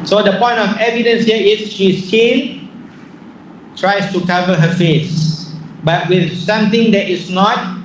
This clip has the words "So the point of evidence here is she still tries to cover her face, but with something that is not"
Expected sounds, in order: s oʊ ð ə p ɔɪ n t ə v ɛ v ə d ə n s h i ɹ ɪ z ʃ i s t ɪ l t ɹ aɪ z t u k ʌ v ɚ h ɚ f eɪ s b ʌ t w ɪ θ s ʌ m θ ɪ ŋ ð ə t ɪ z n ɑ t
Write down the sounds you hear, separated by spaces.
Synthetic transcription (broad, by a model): s oʊ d ə p ɔɪ n t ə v ɛ v ə d ə n s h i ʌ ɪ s ʃ i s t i n t ɹ aɪ s t u k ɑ v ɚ h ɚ f eɪ s b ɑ t w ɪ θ s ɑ m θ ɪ ŋ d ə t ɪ s n ɑ t